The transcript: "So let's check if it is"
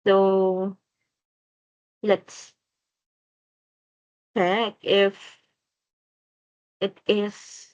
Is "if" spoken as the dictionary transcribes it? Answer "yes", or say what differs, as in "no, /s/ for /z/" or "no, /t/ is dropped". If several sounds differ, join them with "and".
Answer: yes